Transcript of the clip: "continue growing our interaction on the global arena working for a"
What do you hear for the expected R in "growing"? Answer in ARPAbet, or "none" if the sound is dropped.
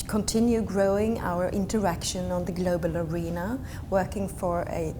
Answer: R